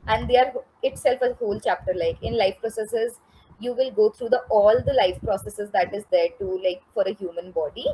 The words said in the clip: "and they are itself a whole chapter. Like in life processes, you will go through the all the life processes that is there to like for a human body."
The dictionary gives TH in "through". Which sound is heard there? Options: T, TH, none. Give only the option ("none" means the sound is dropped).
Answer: T